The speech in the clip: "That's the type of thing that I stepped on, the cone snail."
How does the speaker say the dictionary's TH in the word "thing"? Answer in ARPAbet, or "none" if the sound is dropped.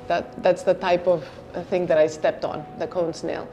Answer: TH